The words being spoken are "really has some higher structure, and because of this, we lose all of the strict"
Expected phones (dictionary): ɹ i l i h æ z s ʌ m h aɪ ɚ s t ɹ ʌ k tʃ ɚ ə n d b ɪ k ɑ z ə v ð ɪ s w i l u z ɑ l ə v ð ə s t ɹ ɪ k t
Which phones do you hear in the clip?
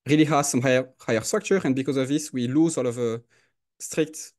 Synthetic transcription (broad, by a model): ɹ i l i h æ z s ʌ m h aɪ ɚ s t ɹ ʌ k tʃ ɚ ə n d b ɪ k ɑ z ə v ð ɪ s w i l u z ɑ l ə v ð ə s t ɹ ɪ k t